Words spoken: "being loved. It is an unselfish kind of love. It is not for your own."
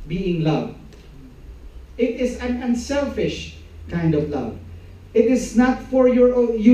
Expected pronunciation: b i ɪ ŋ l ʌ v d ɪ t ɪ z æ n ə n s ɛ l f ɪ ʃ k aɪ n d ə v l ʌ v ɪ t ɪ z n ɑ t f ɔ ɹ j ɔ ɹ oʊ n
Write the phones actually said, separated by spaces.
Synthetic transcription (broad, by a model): b i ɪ ŋ l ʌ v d ɪ t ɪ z æ n ə n s ɛ l f ɪ ʃ k aɪ n d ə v l ʌ v ɪ t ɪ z n ɑ t f ɔ ɹ j ɔ ɹ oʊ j